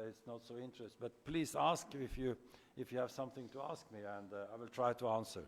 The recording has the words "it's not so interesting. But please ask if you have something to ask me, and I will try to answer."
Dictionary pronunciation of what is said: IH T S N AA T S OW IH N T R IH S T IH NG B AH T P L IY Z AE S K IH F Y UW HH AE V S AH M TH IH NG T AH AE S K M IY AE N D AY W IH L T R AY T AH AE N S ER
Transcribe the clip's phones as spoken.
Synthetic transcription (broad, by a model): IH T S N AA T S OW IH N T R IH S T B AH T P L IY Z AE S K IH F Y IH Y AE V S AH M TH IH NG T AH AE S K M IY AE N D AY W IH L T R AY T AH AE N S ER